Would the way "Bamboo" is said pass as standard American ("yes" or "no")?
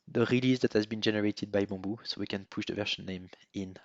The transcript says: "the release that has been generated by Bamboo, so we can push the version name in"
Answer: no